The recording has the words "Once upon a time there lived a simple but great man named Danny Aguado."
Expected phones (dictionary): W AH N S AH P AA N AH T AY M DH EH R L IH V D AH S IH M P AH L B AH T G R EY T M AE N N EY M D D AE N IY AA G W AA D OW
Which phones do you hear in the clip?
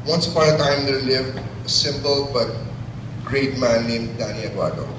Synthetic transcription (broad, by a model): W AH N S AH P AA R AH T AY M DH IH L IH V AH S IH M P AH L B AH T G R EY T M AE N N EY M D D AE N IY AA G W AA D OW